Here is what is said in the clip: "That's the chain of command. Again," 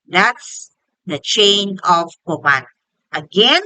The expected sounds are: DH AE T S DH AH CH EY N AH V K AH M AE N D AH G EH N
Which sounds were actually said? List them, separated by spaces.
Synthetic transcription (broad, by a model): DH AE T S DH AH CH EY N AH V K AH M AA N AH G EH N